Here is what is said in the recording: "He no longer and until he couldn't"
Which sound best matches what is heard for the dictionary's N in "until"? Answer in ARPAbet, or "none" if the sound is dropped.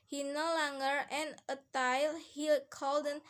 none